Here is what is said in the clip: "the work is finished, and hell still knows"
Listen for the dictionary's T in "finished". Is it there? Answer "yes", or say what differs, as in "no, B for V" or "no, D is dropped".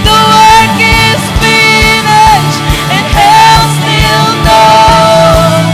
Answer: no, T is dropped